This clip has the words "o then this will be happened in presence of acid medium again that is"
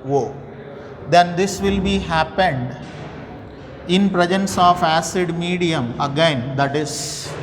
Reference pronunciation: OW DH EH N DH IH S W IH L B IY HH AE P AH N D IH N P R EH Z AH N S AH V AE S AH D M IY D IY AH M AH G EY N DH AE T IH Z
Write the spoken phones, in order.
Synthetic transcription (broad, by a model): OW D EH N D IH S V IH L B IY HH AE P AH N D IH N P R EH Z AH N S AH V AE S AH D M IY D IY AH M AH G EY N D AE T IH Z